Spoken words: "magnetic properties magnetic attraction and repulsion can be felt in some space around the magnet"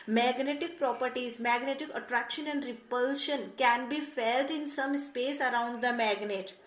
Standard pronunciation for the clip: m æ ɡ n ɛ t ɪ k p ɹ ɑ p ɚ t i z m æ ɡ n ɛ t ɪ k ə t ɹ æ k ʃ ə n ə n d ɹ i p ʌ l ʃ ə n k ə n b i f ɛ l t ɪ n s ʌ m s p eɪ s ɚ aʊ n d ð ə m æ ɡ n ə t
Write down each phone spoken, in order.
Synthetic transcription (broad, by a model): m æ ɡ n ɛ t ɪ k p ɹ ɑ p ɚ t i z m æ ɡ n ɛ t ɪ k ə t ɹ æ k ʃ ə n ə n d ɹ i p ʌ l ʃ ə n k ə n b i f ɛ l t ɪ n s ʌ m s p eɪ s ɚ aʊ n d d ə m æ ɡ n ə t